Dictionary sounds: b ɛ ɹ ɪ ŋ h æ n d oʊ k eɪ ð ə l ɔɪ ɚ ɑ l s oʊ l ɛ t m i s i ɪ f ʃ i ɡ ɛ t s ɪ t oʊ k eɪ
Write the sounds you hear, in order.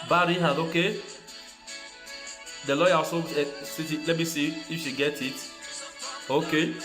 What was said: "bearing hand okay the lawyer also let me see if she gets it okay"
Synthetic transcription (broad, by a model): b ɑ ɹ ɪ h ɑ d oʊ k eɪ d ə l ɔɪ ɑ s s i l ɛ t m i s i ɪ f ʃ i ɡ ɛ t ɪ t oʊ k eɪ